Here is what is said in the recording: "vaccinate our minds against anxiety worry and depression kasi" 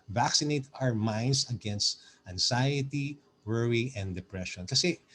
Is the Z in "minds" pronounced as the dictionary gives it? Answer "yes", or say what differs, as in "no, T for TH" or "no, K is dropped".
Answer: no, S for Z